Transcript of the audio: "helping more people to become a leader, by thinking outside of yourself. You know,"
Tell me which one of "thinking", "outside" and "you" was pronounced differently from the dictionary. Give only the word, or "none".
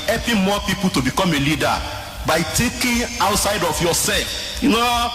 thinking